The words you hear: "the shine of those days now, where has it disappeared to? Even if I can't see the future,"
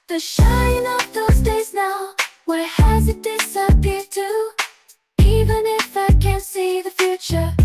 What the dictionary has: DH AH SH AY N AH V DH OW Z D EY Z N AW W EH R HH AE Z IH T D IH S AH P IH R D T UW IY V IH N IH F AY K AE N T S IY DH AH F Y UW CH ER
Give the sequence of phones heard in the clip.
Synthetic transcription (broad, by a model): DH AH SH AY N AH F DH OW Z D EY Z N AW W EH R HH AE Z IH T D IH S AH P IH R D T UW IY V IH N IH F AY K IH N S IY DH AH F Y UW CH ER